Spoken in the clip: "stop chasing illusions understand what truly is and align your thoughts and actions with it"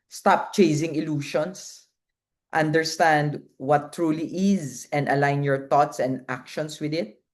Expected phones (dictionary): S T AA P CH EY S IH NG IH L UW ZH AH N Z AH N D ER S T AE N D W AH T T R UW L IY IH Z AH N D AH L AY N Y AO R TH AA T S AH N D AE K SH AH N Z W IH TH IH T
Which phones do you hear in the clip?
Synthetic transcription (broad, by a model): S T AA P CH EY S IH NG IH L UW SH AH N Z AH N D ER S T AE N D W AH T T R UW L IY IH Z AH N D AH L AY N Y AO R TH AA T S AH N D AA K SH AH N S W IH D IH T